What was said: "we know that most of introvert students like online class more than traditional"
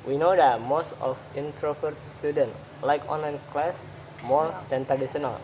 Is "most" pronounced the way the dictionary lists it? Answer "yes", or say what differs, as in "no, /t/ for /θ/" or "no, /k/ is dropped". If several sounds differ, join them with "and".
yes